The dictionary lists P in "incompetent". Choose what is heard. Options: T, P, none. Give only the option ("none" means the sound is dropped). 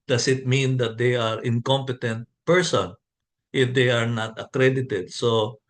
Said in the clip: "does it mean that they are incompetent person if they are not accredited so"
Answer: P